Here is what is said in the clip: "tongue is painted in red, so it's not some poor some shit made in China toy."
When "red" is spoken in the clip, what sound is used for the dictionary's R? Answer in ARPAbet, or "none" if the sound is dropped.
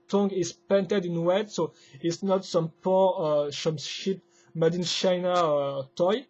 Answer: W